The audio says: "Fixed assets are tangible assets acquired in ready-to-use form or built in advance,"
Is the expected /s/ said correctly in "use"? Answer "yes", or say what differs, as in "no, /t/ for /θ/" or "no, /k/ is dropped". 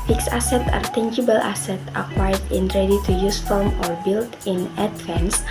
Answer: yes